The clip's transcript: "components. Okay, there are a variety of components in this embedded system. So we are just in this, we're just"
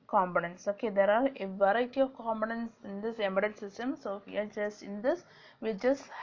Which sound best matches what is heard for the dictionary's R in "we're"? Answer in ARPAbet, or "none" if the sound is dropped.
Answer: L